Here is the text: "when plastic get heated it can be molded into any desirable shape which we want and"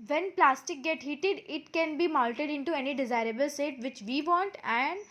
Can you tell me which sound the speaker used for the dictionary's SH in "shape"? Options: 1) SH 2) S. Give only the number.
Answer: 2